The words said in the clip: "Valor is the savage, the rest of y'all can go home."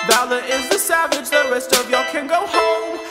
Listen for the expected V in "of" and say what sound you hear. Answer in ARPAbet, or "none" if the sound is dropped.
V